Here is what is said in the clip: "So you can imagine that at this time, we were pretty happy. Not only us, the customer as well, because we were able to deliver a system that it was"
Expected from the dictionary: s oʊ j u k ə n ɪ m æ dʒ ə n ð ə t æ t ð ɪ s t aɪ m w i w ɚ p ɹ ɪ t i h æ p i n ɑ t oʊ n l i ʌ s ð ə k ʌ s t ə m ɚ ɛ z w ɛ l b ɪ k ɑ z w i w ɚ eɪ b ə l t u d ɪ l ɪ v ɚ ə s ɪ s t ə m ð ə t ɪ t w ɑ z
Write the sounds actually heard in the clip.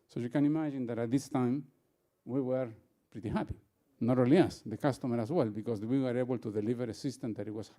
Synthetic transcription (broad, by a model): s oʊ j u k ə n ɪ m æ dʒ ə n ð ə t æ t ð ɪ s t aɪ m w i w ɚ p ɹ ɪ t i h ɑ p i n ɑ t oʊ l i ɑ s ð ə k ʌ s t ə m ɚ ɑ s w ɛ l b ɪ k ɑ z w i w ɚ eɪ b ə l t u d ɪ l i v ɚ ə s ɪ s t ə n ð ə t ɪ t w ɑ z